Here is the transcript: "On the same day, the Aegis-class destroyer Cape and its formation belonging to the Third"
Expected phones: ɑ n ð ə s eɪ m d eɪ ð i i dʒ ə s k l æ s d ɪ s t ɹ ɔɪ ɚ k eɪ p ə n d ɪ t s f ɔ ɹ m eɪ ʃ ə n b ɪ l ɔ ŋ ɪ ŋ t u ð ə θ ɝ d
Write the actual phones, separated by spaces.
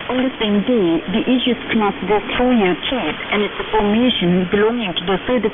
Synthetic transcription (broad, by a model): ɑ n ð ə s eɪ m d eɪ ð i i ʃ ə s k n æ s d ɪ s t ɔɪ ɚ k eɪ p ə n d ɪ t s f ɔ ɹ m eɪ ʃ ə n b ɪ l ɔ ŋ ɪ ŋ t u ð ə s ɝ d